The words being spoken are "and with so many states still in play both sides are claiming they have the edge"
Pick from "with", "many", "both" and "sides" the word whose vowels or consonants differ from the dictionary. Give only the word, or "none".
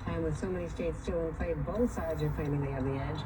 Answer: none